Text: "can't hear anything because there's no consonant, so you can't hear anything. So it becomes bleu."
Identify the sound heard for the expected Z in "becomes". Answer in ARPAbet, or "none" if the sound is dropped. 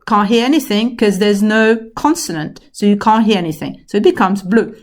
Z